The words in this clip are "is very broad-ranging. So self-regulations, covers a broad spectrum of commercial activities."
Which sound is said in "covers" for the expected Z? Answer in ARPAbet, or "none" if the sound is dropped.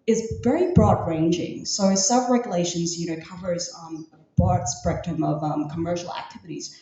Z